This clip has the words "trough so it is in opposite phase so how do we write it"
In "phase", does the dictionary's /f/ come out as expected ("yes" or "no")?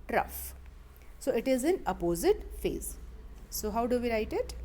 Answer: yes